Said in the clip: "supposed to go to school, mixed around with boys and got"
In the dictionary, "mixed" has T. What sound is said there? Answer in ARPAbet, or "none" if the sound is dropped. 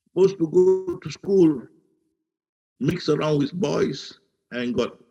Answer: none